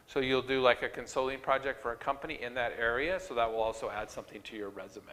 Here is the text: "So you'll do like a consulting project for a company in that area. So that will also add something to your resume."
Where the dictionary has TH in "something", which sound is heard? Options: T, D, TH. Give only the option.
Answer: TH